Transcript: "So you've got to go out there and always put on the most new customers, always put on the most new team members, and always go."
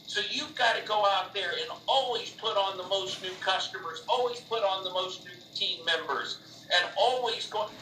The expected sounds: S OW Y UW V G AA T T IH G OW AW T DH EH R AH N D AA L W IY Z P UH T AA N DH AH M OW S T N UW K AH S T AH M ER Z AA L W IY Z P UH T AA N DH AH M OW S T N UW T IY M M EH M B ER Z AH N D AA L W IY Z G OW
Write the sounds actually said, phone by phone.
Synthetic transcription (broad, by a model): S OW Y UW V G AA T T IH G OW AW T DH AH R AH N AA L W IY Z P UH T N DH AH M OW S T N UW K AH S T AH M ER Z AA L W IY Z P UH T N DH AH M OW S T N UW T IY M M EH M B ER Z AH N AA L W IY Z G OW